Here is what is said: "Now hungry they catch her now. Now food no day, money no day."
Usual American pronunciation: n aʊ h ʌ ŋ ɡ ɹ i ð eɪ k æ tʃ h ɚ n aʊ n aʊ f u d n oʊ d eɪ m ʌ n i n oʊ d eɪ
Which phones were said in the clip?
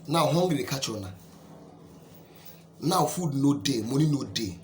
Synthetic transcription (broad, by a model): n aʊ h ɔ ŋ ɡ i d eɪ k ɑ tʃ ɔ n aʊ n aʊ f u d n oʊ d eɪ m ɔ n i n oʊ d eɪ